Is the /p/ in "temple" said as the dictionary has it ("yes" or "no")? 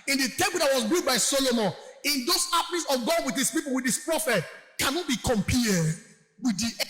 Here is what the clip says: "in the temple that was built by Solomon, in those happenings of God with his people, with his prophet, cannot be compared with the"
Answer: no